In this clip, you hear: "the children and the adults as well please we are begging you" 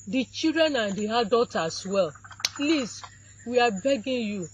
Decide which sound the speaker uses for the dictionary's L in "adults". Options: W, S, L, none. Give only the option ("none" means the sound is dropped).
none